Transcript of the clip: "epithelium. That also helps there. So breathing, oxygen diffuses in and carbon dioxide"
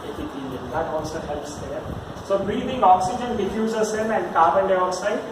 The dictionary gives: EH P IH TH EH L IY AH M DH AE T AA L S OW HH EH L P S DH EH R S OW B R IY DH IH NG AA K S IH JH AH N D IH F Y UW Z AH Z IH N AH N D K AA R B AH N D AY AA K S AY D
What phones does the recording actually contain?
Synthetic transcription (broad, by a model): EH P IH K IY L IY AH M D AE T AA N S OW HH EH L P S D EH R S OW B R IY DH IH NG AA K S IH JH AH N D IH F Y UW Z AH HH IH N AH N D K AA R B AH N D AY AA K S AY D